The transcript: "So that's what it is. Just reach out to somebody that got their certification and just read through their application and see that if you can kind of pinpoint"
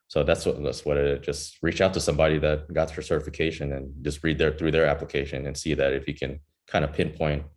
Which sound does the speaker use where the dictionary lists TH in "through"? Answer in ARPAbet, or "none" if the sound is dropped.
TH